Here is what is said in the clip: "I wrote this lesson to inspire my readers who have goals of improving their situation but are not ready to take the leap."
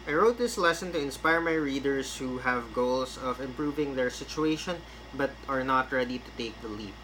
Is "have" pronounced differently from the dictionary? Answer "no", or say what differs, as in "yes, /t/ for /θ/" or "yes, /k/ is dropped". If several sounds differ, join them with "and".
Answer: no